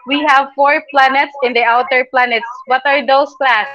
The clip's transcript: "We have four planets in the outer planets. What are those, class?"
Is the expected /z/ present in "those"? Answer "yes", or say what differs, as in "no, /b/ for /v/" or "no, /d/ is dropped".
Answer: no, /s/ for /z/